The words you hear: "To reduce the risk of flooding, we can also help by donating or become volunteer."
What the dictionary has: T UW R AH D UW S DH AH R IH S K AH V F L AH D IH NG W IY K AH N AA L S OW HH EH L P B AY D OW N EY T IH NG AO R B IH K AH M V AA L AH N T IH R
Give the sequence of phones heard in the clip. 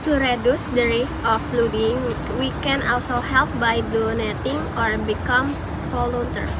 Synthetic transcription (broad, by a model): T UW R AH D UW S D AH R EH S AH F L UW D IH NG W IY K AH N AA L S OW HH EH L P B AY D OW N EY T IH NG AO R B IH K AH M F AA L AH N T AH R